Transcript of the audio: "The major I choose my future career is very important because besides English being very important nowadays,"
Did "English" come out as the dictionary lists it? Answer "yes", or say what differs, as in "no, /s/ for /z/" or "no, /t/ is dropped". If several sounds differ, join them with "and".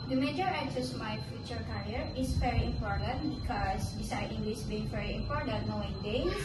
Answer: no, /s/ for /ʃ/